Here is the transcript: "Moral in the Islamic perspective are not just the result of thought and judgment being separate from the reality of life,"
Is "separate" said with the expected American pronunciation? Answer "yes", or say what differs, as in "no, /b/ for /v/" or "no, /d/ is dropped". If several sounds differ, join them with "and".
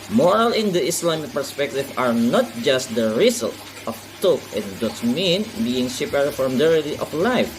no, /ɹ/ is dropped